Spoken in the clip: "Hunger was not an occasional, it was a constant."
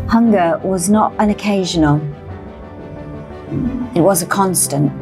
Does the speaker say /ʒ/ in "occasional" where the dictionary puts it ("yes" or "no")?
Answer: yes